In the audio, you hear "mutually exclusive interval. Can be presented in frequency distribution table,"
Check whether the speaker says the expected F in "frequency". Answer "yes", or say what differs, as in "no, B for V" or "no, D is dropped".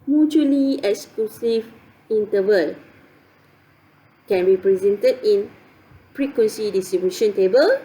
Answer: no, P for F